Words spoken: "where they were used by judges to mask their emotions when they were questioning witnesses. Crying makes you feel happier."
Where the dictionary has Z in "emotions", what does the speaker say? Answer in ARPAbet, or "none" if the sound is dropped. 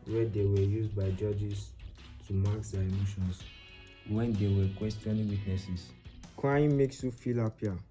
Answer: S